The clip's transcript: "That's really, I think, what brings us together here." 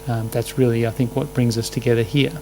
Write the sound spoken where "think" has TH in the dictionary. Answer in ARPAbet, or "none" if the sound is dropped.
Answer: TH